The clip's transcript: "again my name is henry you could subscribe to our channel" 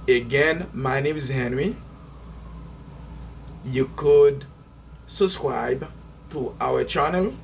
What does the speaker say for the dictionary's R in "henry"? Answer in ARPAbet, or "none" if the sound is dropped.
W